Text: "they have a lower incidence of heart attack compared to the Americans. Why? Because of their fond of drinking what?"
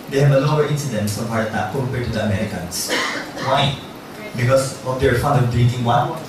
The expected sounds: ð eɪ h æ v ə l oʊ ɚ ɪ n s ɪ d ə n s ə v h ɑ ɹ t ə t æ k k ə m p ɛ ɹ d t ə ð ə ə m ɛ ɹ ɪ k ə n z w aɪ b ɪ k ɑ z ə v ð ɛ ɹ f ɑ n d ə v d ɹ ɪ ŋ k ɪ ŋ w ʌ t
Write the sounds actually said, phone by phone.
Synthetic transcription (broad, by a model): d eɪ h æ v ə l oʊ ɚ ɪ n s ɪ d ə n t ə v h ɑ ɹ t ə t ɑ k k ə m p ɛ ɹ t ə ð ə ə m ɛ ɹ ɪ k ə n s w aɪ b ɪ k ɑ s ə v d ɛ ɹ f ɑ n d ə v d ɹ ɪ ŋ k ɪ ŋ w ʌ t